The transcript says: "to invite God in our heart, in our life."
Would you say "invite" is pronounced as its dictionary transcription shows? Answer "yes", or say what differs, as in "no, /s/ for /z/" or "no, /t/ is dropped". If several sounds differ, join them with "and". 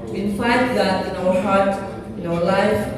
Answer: no, /f/ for /v/